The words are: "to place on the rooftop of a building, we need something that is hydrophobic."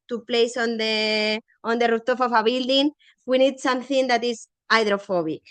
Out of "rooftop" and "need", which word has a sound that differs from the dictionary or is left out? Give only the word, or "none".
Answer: rooftop